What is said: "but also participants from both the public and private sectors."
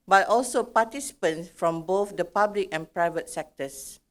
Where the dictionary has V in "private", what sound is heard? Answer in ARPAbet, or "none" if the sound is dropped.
V